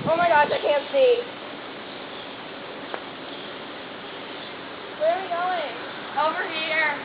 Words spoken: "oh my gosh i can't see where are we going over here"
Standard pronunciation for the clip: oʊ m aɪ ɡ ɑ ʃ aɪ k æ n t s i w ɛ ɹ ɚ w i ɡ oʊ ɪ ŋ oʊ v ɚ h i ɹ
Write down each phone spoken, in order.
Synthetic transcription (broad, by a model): oʊ m aɪ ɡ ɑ aɪ k æ n t s i w ɛ ɹ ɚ w i ɡ oʊ ɪ ŋ oʊ v ɚ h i ɹ